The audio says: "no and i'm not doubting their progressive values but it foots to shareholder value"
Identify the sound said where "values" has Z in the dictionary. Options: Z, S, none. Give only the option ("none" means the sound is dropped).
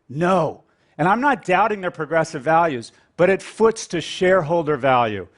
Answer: Z